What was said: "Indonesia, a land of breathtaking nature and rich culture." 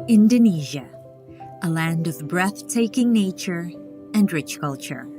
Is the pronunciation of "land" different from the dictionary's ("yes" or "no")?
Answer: no